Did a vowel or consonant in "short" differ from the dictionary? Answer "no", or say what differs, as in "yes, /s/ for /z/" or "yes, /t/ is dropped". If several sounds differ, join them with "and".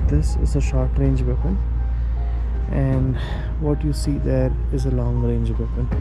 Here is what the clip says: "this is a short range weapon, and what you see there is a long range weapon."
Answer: no